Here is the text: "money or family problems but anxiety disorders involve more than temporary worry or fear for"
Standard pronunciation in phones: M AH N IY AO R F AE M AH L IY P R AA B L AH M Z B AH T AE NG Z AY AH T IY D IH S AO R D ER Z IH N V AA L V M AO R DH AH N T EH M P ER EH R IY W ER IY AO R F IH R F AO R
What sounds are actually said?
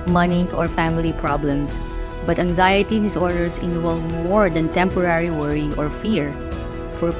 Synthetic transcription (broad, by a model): M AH N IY AO R F AE M AH L IY P R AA B L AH M S B AH T AE NG Z AY AH T IY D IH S AO R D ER S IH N W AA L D M AO R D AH N T EH M P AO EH R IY W ER IY AO R F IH R F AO R